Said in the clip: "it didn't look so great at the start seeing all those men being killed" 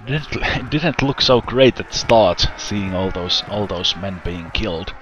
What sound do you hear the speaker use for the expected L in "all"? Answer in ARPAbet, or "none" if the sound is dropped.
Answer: L